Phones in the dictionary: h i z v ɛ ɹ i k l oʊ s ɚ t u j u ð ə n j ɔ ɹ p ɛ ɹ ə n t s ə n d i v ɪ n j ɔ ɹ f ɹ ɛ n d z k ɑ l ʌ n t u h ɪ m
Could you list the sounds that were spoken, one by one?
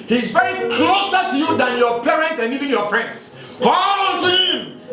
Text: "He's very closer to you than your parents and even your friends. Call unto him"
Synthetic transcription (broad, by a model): h i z v ɛ ɹ i k l oʊ s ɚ t u j u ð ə n j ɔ p ɛ ɹ ə n t s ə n i v ɪ n j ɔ f ɹ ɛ n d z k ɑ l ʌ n t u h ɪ m